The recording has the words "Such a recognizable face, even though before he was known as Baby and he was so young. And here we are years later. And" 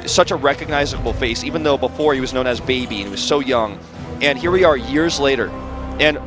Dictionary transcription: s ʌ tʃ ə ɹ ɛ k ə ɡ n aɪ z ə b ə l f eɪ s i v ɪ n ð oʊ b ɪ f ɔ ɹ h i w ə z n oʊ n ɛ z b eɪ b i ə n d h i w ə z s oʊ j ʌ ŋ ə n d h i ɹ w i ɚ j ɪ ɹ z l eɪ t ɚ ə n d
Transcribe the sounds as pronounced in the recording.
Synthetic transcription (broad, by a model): s ʌ tʃ ə ɹ ɛ k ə ɡ n aɪ z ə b l f eɪ s i v ɪ n ð oʊ b ɪ f ɔ ɹ h i w ə z n oʊ n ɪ z b eɪ b i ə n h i w ə z s oʊ j ʌ ŋ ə n h i ɹ w i ɚ j ɪ ɹ z l eɪ t ɚ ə n